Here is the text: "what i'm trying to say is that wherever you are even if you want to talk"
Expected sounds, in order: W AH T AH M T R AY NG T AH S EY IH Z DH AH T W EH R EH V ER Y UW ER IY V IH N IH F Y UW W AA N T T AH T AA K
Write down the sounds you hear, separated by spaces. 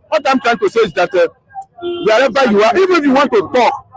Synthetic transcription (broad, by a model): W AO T AH M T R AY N T AH S EY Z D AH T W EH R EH B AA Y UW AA IY V IH N IH F Y UW W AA N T T AH T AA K